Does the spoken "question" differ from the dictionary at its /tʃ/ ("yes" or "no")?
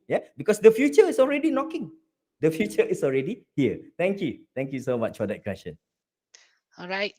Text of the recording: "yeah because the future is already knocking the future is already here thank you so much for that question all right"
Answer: yes